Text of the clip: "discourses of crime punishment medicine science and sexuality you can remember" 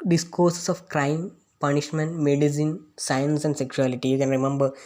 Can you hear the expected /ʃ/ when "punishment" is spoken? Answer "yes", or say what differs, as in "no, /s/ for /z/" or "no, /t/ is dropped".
yes